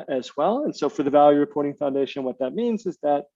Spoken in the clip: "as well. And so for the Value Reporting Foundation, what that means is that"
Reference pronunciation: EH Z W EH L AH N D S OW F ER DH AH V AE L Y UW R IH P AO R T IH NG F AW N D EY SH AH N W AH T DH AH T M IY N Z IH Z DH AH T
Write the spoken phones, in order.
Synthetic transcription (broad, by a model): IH Z W EH L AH N S OW F ER DH AH V AE L Y UW R IH P AO R T IH NG F AW N D EY SH AH N W AH T DH AH T M IY N Z IH Z DH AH T